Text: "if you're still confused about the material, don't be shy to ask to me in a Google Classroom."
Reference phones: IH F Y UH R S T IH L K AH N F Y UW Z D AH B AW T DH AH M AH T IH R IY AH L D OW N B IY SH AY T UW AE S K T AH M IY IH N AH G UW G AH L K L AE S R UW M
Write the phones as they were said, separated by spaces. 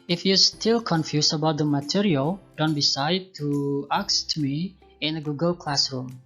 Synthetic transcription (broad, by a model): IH F Y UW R S T IH L K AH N F Y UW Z AH B AW T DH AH M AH T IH R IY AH L D OW N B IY S AY T UW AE K S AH M IY IH N AH G UW G AH L K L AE S R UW M